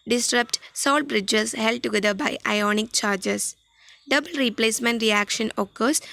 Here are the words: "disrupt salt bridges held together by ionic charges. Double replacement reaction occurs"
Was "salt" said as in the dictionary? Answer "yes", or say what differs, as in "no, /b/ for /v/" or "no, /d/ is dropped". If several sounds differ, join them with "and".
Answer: yes